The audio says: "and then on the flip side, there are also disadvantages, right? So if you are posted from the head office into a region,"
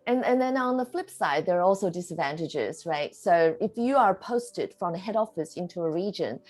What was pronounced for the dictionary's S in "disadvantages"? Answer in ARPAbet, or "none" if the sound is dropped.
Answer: S